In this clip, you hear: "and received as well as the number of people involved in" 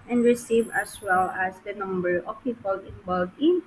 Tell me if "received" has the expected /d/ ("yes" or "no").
no